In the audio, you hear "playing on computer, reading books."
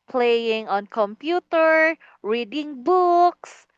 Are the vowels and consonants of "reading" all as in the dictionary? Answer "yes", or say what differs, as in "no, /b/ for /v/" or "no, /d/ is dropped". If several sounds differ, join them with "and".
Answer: yes